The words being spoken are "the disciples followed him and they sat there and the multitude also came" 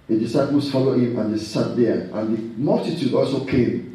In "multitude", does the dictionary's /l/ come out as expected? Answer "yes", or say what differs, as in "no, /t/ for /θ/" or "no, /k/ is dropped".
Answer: yes